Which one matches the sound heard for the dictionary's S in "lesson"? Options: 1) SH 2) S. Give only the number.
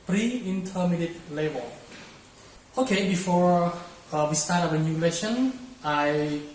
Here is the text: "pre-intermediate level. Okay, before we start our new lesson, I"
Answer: 1